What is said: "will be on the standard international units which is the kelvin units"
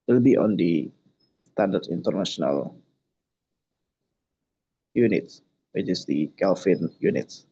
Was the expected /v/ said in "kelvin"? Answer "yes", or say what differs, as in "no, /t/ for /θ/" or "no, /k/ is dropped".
no, /f/ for /v/